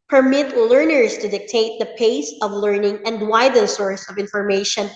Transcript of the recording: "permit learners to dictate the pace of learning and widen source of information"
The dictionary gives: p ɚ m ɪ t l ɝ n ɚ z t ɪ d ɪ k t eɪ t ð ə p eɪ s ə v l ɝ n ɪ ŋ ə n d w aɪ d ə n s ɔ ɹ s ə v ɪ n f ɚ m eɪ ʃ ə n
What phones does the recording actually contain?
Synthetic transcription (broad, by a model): p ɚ m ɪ t l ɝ n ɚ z t ɪ d ɪ k t eɪ t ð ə p eɪ s ə v l ɝ n ɪ ŋ ə n d w aɪ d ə s ɔ ɹ s ə v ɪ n f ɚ m eɪ ʃ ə n